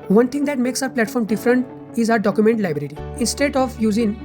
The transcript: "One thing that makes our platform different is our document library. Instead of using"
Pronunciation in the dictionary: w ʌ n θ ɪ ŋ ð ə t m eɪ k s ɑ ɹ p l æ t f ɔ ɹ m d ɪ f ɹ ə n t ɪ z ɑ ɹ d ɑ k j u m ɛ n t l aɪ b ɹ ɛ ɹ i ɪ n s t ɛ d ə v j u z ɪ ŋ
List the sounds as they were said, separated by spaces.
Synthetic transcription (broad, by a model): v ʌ n t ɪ ŋ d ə t m eɪ k s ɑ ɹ p l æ t f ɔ ɹ m d ɪ f ɹ ə n t ɪ z ɑ ɹ d ɑ k j u m ɛ n t l aɪ b ɹ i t i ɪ n s t ɛ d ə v j u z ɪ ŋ